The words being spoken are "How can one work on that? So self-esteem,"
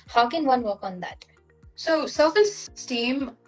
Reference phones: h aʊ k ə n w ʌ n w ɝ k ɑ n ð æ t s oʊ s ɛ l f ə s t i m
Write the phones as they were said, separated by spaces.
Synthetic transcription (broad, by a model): h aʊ k ə n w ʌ n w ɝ k ɑ n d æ t s oʊ s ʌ f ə s t i m